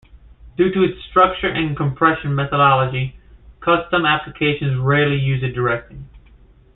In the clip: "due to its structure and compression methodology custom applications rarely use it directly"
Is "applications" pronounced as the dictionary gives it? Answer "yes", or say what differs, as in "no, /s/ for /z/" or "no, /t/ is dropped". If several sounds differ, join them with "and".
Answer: yes